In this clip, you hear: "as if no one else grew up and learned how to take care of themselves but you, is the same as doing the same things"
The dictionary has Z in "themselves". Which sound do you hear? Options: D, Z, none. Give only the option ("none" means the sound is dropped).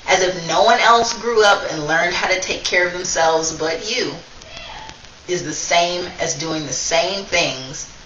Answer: Z